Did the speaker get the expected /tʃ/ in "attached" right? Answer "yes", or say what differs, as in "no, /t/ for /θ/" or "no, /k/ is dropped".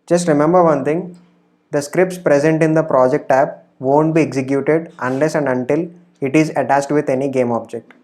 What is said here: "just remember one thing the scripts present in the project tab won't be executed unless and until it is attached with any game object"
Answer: no, /s/ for /tʃ/